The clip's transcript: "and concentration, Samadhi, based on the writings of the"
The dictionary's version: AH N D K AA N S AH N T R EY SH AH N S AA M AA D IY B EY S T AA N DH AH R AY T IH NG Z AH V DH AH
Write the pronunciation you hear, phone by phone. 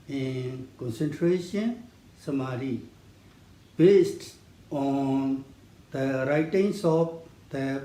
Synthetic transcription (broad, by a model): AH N K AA N S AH N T R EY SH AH N S AA M AA D IY B EY S T AA N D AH R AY T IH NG S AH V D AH